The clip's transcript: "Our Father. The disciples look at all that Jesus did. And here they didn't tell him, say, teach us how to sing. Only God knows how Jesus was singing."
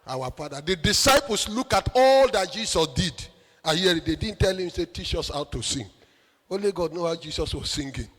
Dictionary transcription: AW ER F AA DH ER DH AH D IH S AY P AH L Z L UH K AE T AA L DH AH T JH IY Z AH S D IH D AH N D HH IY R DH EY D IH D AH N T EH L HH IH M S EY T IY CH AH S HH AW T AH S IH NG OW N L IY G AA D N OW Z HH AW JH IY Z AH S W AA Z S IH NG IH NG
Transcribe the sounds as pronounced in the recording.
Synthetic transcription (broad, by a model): AW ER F AA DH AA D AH D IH S AY P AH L S L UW K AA T AA L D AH T JH IY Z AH S D IH D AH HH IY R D EY D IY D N T EH L HH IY M S EY T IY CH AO S AW T AH S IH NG OW L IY G AA D N OW HH AW JH IY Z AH S W AA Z S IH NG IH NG